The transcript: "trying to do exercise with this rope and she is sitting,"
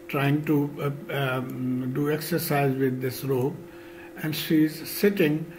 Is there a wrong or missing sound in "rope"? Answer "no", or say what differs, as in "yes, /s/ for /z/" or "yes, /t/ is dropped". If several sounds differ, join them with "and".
yes, /b/ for /p/